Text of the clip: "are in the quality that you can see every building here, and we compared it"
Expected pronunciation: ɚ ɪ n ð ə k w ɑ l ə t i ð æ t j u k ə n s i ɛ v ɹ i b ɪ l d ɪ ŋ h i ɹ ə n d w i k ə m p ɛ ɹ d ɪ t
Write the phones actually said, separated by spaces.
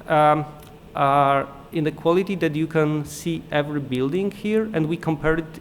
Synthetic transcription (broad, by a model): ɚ ɪ n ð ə k w ɑ l ə t i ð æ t j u k ə n s i ɛ v ɹ i b ɪ l d ɪ ŋ h i ɹ ə n d w i k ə m p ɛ ɹ ɪ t